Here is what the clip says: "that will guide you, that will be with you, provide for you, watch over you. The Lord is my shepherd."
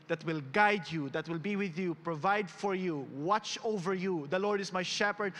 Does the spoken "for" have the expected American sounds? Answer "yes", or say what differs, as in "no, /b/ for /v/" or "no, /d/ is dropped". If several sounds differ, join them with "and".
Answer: yes